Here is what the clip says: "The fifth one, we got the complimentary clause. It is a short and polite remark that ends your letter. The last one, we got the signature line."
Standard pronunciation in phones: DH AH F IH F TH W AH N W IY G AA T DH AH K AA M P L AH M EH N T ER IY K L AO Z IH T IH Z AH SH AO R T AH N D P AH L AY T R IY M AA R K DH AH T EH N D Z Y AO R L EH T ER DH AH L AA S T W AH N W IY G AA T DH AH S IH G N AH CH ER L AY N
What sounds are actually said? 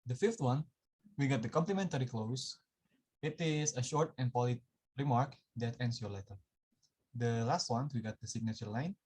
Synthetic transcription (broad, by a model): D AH F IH F T W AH N W IY G AA T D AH K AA M P L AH M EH N T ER IY K L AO S IH T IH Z AH SH AO R T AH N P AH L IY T R IY M AA R K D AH T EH N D S Y AO R L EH T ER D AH L AA S T W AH N W IY G AA T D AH S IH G N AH CH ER L AY N